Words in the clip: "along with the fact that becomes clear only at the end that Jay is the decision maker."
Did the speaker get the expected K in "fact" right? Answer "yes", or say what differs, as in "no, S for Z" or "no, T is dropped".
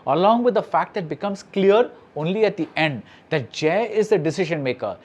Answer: yes